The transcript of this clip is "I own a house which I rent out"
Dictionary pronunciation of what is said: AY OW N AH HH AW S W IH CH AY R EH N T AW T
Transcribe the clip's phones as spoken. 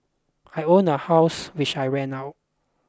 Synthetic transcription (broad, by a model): AY OW N AH HH AW S W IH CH AY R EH N AW T